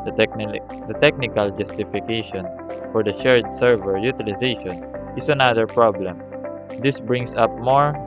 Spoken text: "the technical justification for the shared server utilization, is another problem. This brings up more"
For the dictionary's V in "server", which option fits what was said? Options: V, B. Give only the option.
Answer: V